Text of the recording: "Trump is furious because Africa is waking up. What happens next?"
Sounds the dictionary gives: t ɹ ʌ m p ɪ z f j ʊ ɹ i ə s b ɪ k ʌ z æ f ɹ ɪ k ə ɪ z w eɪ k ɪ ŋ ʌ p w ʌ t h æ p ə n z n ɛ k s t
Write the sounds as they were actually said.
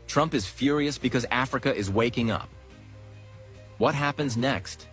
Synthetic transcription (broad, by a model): t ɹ ʌ m p ɪ z f j ʊ ɹ i ə s b ɪ k ʌ z æ f ɹ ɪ k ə ɪ z w eɪ k ɪ ŋ ʌ p w ʌ t h æ p ə n z n ɛ k s t